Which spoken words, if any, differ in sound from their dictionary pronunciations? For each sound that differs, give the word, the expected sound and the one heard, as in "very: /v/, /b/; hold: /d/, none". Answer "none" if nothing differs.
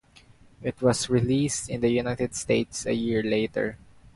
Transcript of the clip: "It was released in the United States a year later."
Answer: was: /z/, /s/